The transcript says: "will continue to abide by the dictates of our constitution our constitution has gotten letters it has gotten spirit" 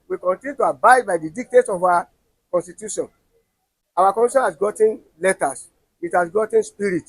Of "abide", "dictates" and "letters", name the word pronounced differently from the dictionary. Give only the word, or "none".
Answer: letters